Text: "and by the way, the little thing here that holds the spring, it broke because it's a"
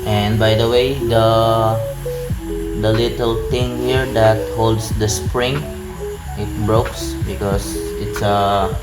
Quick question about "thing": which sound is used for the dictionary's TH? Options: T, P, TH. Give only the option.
T